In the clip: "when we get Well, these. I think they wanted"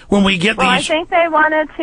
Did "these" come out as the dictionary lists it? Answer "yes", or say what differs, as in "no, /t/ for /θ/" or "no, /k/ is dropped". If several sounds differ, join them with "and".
no, /z/ is dropped